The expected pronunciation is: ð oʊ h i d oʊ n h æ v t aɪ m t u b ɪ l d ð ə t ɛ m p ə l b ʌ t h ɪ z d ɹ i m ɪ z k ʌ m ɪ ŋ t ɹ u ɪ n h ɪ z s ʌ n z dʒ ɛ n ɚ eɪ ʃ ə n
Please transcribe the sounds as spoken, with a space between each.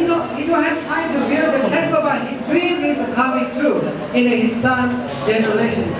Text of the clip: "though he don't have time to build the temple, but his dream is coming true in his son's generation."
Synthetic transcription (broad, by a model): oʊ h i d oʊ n h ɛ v t aɪ m t u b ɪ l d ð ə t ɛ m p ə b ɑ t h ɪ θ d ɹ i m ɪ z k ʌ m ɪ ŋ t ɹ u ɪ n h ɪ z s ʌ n dʒ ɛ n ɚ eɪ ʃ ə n